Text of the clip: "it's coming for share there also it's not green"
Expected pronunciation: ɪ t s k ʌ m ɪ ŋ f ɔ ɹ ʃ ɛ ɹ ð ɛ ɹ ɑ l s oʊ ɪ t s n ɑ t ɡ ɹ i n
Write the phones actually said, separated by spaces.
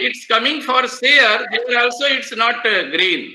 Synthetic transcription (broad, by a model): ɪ t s k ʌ m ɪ ŋ f ɔ ɹ s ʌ ɹ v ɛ ɹ ɑ l s oʊ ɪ t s n ɑ t ɡ ɹ i n